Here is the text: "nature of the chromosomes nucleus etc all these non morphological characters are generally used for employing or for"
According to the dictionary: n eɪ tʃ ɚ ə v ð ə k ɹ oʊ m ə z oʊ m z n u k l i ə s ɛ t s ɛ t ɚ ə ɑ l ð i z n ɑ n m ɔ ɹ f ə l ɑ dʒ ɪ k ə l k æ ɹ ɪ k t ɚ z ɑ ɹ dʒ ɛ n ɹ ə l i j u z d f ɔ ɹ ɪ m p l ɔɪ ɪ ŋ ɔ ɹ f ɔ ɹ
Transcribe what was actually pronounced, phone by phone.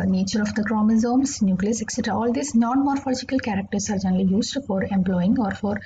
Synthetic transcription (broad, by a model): n eɪ tʃ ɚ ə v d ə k ɹ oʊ m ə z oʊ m s n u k l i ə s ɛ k s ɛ t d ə ɑ l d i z n ɑ n m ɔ ɹ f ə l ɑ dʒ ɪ k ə l k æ ɹ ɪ k t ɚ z ɑ ɹ dʒ ɛ n ɹ ə l i j u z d f ɔ ɹ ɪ m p l ɔɪ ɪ ŋ ɔ ɹ f ɔ ɹ